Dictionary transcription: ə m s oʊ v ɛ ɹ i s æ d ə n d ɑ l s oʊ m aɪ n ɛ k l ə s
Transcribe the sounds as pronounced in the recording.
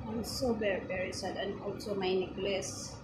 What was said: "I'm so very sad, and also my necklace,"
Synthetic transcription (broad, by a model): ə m s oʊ b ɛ ɹ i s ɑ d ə n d ɑ l s oʊ m aɪ n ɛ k l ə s